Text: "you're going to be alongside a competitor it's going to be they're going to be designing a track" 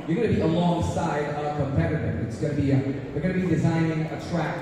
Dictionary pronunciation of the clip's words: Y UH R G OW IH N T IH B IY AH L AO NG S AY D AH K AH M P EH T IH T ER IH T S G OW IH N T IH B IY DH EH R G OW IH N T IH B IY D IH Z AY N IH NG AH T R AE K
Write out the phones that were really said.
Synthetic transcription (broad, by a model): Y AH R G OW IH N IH B IY AH L AO NG S AY D AH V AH P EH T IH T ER IH T S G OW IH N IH B IY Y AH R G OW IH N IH B IY D IH Z AY N IH NG AH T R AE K